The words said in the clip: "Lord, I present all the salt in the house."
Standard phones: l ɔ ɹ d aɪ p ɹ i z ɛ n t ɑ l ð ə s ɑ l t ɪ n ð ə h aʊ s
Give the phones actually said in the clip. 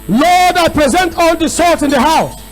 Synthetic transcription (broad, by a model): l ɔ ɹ d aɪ p ɹ i z ɛ n t ɑ l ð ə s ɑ t ɪ n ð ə h aʊ s